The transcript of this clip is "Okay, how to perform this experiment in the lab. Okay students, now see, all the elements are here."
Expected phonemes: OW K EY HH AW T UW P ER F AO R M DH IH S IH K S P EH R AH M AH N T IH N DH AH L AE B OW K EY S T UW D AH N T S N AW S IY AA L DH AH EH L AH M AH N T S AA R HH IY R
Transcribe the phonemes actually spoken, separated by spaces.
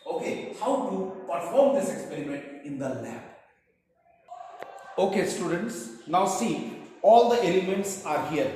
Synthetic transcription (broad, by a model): OW K EY HH AW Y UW P ER F AO R M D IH S IH K S P EH R AH M AH N T IH N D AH L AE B OW K EY S T UW D AH N T S N AW S IY AA L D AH EH L AH M AH N T S AA R HH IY R